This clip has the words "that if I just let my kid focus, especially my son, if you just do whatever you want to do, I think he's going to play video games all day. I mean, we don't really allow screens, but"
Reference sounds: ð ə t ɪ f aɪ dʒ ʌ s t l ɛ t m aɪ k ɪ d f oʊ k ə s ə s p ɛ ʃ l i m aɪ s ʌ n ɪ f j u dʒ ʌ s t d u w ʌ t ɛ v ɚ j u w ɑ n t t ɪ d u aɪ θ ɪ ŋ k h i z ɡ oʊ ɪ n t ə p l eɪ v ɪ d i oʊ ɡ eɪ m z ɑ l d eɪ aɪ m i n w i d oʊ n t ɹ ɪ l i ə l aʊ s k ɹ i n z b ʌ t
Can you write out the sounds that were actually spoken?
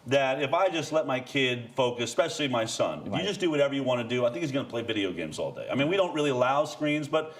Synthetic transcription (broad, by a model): ð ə t ɪ f aɪ dʒ ʌ s t l ɛ t m aɪ k ɪ d f oʊ ə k ə s p ɛ ʃ l i m aɪ s ʌ n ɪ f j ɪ dʒ ʌ s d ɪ w ʌ t ɛ v ɚ j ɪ w ɑ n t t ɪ d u aɪ θ ɪ ŋ k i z ɡ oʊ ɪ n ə p l eɪ v ɪ d i oʊ ɡ eɪ m z ɑ l d eɪ aɪ m i n w i d oʊ n t ɹ ɪ l i ə l aʊ s k ɹ i n z b ʌ t